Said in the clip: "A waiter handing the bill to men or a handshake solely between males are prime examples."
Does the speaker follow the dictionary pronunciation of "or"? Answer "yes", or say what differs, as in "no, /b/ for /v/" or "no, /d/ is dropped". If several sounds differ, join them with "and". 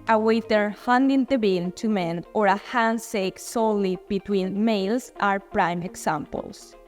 yes